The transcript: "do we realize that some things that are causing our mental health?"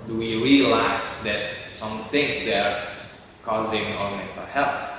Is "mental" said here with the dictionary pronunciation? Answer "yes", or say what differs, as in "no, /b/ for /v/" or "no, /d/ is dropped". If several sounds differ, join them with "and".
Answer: no, /s/ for /t/